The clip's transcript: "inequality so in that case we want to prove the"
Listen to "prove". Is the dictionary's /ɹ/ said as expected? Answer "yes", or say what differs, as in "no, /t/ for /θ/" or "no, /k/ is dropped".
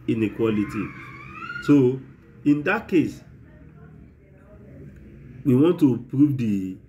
yes